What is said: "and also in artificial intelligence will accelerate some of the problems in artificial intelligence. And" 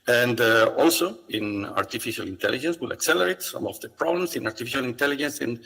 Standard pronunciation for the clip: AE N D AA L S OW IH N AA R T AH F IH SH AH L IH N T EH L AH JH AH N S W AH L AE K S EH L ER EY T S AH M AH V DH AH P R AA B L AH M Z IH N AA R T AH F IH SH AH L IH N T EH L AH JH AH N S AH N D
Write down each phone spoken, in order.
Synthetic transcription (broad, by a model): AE N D AA L S OW IH N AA R T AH F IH SH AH L IH N T EH L AH JH AH N S W AH L AE K S EH L ER EY T S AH M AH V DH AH P R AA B L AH M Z IH N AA R T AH F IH SH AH L IH N T EH L AH JH AH N S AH N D